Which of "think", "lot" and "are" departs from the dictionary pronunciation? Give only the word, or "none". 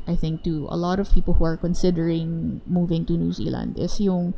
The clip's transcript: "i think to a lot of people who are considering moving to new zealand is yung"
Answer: none